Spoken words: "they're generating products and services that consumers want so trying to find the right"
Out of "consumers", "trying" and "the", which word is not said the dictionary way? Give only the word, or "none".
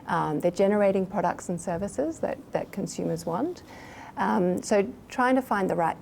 none